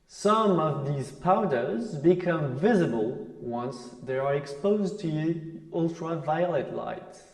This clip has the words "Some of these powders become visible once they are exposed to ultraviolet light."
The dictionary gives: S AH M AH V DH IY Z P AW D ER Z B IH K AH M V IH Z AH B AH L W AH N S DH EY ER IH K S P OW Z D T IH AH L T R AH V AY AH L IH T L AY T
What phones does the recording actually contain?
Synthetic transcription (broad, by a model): S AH M AH V DH IY Z P AW D ER Z B IH K AH M V IH Z AH B AH L W AH N S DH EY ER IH K S P OW Z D T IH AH L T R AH V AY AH L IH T L AY T